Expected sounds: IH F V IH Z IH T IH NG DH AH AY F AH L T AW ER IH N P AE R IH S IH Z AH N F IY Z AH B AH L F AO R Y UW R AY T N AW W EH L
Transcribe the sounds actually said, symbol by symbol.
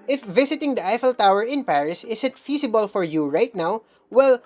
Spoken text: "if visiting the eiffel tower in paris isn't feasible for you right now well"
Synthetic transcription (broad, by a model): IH F V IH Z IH T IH NG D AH AY F AH L T AW ER IH N P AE R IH S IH S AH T F IY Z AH B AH L F AO R Y UW R AY T N AW W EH L